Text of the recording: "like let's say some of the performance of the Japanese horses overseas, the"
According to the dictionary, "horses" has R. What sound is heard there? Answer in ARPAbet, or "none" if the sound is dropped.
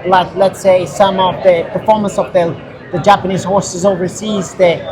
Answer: R